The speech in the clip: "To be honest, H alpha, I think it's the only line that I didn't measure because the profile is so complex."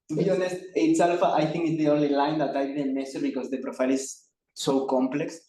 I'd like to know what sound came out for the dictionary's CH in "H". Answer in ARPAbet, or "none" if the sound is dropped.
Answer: S